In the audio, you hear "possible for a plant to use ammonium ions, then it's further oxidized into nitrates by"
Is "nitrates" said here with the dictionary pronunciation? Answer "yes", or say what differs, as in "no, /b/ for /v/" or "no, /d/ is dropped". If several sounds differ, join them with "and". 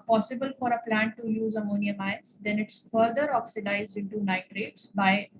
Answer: yes